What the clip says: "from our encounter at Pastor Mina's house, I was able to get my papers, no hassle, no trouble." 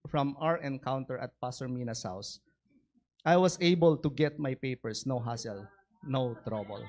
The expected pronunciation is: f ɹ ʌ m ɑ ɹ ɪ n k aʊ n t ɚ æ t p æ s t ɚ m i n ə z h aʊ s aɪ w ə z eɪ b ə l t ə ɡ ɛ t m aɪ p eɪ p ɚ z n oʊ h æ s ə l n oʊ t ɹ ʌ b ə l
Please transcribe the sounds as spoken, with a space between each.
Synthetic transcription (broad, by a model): f ɹ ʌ m ɑ ɹ ɪ n k aʊ n t ɚ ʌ t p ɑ s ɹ m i n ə s h aʊ s aɪ w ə s eɪ b ə l t ə ɡ ɛ t m aɪ p eɪ p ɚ s n oʊ h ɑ s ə l n oʊ t ɹ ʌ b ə l